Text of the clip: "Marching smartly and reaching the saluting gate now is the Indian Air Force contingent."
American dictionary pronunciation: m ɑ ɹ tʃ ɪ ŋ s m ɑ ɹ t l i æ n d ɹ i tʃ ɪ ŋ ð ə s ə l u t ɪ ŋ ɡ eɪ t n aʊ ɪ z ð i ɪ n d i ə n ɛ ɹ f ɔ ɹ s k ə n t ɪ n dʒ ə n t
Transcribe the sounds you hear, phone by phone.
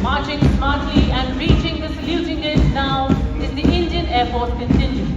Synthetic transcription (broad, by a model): m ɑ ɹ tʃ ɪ ŋ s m ɑ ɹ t l i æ n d ɹ i tʃ ɪ ŋ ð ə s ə l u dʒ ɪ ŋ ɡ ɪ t n aʊ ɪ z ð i ɪ n d i ə n ɛ ɹ p ɔ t k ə n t ɪ n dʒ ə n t